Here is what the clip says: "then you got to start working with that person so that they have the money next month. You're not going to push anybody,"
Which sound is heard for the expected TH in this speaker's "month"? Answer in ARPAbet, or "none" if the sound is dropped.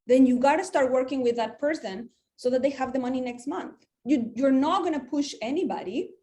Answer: TH